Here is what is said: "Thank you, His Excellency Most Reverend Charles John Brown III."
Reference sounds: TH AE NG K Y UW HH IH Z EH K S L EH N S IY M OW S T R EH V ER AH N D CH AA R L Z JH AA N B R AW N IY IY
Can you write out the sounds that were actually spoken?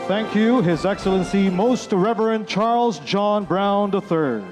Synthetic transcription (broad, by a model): TH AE NG K Y UW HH IH Z EH K S L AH N S IY M OW S T R EH V ER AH N CH AA R L Z JH AA N B R AW N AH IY